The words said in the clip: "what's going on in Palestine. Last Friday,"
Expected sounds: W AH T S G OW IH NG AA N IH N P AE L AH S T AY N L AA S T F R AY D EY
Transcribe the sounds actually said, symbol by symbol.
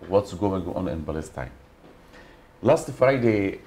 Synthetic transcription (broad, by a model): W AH T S G OW IH NG AA N IH N B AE L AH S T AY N L AA S T F R AY D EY